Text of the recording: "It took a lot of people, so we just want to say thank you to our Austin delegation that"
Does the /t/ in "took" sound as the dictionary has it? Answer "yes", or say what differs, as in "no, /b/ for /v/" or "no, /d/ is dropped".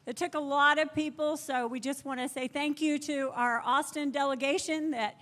yes